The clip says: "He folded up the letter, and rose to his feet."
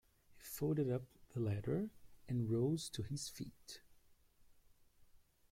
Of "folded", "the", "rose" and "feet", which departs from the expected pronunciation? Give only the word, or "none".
folded